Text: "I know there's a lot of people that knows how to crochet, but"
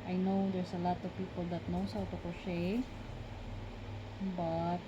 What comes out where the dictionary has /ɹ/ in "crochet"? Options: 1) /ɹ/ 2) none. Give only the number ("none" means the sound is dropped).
2